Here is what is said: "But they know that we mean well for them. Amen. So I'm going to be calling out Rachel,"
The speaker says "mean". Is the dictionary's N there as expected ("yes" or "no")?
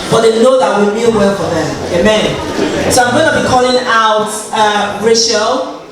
no